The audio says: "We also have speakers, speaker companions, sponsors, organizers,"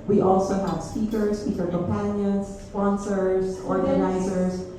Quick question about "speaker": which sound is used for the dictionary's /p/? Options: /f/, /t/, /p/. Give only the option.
/f/